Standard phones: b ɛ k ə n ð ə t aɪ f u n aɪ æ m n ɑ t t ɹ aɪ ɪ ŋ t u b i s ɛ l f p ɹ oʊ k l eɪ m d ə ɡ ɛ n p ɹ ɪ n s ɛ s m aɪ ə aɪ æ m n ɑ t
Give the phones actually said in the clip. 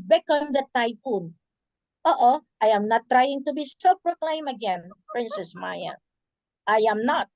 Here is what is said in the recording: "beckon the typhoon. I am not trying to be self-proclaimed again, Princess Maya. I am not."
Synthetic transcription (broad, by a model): b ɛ k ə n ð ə t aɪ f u n aɪ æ m n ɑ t t ɹ aɪ ɪ ŋ t u b i s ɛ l p ɹ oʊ k l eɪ m ə ɡ ɛ n p ɹ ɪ n s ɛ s m aɪ ə aɪ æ m n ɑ t